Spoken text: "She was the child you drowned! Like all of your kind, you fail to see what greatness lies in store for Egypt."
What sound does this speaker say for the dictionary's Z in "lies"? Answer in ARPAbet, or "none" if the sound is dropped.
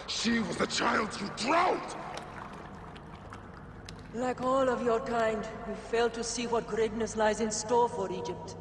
Z